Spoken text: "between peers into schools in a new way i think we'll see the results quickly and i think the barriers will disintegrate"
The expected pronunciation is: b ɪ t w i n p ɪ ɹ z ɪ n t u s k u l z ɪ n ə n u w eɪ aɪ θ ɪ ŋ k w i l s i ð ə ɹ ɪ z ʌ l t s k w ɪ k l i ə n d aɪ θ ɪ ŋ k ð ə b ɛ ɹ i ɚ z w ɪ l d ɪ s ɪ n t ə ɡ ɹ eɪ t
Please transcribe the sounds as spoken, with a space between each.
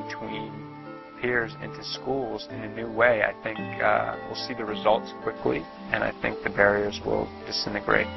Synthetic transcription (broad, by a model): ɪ t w i n p ɪ ɹ z ɪ n t u s k u l z ɪ n ə n u w eɪ aɪ θ ɪ ŋ k w i l s i ð ə ɹ ɪ z ʌ l t s k w ɪ k l i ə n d aɪ θ ɪ ŋ k ð ə b ɛ ɹ i ɚ z w ɪ l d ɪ s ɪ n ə ɡ ɹ eɪ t